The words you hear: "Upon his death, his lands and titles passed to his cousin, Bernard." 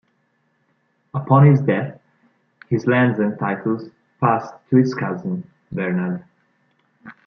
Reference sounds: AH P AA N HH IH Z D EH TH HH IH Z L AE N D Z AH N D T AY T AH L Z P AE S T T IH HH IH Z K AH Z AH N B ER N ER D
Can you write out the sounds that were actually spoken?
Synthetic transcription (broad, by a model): AH P AA N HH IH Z D EH TH HH IH Z L AE N D Z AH N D T AY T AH L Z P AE S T T IH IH S K AH Z AH N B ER N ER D